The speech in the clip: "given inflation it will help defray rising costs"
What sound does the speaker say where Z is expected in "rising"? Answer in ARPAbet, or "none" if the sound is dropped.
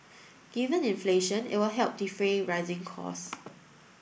Z